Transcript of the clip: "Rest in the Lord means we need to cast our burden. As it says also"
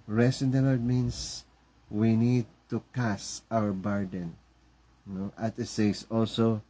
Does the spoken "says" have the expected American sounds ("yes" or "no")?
no